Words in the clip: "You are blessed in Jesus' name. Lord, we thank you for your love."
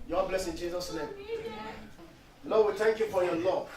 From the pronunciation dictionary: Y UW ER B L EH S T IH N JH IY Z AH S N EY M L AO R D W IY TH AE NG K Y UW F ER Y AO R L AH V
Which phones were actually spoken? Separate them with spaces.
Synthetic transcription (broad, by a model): Y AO B L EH S IH N JH IY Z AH S N EY M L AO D W IY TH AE NG K Y UW F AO Y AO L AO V